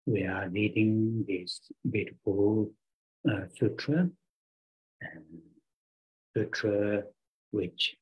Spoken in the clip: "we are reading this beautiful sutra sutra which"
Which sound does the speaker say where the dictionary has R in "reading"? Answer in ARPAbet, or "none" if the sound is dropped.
L